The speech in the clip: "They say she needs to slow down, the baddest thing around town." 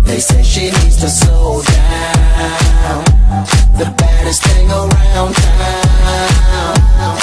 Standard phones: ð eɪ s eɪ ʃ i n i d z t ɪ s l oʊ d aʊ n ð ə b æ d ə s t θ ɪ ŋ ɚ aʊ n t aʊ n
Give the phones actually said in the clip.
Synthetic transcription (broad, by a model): ð eɪ s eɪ ʃ i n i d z t ɪ s oʊ d aʊ n ð ə b æ d ə s t θ ɪ ŋ ɚ aʊ n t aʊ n